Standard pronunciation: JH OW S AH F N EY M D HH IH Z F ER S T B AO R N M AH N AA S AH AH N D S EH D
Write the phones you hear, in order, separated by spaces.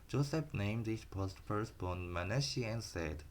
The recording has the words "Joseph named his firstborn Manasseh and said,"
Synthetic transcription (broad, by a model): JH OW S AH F N EY M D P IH S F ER S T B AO N M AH N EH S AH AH N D S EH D